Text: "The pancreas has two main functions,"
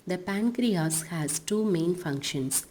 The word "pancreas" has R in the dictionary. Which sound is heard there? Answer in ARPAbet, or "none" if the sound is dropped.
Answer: R